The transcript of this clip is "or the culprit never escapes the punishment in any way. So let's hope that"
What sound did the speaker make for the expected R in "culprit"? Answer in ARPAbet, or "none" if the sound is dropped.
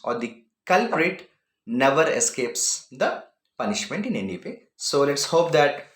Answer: R